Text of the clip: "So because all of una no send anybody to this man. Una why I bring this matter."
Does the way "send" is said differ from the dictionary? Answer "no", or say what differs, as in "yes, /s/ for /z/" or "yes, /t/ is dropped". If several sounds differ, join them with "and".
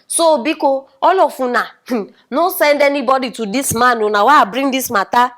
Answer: no